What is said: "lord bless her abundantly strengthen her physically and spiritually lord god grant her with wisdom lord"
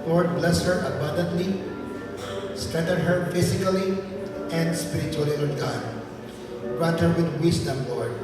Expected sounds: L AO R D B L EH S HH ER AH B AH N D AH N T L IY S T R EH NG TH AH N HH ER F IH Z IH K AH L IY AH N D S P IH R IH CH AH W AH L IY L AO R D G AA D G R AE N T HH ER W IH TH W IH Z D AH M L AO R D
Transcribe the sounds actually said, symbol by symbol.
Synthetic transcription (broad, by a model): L AO R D B L EH S HH ER AH B AH N D AH N T L IY S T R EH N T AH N HH ER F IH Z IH K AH L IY AH N D S P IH R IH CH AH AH L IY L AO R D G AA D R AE T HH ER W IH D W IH S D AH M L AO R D